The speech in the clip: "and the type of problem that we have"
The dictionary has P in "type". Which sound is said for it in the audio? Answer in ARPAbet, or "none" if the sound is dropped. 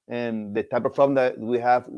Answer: P